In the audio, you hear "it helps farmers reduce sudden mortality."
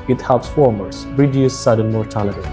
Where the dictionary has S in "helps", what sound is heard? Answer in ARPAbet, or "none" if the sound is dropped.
S